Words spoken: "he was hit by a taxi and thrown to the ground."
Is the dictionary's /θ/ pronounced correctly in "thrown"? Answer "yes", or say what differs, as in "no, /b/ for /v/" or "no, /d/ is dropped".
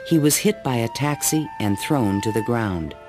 yes